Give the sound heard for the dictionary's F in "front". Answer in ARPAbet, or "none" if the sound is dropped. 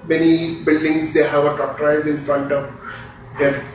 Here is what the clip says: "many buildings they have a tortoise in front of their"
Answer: F